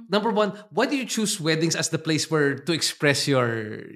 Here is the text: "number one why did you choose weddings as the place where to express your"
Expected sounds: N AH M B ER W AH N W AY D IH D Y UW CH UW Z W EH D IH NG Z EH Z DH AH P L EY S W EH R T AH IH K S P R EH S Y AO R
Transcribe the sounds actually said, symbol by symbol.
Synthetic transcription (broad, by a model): N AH M B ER W AH N W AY D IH Y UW CH UW S W EH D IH NG S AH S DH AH P L EY S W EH R T AH IH K S P R EH S Y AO R